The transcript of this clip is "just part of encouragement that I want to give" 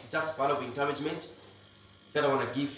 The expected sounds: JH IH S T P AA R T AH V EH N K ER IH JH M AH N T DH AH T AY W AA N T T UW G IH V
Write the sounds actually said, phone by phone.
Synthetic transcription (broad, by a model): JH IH S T B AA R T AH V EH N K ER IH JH M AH N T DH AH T AY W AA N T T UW G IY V